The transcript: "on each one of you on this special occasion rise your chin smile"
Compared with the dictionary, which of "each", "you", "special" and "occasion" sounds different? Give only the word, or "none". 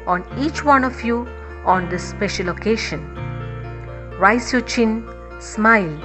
occasion